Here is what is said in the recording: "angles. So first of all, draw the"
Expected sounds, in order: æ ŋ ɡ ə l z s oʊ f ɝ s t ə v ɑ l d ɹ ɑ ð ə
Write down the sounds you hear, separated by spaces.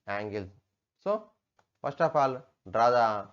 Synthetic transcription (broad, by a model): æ ŋ ɡ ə l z s oʊ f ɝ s t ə p ɑ l d ɹ ɑ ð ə